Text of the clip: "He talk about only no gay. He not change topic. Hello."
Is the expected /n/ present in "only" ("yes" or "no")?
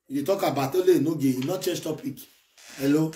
no